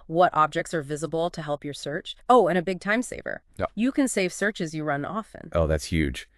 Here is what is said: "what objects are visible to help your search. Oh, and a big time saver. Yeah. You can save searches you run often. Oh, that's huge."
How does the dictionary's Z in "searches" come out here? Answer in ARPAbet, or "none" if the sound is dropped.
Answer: Z